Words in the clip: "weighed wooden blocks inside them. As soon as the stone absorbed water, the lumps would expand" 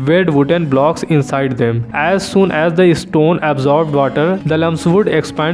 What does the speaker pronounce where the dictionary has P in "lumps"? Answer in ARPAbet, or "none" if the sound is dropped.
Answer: none